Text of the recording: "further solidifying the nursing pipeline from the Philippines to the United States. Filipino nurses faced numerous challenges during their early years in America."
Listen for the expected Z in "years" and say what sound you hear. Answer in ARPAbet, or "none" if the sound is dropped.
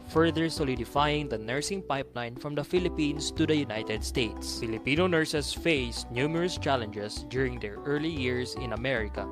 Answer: S